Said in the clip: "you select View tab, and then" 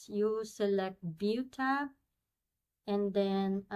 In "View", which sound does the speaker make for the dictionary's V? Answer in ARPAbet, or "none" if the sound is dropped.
B